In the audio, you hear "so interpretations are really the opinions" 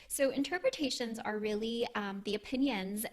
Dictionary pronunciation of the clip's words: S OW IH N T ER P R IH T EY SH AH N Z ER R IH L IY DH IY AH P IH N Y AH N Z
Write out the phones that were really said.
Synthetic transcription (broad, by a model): S OW IH N T ER P R IH T EY SH AH N Z ER R IH L IY DH IY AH P IH N Y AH N Z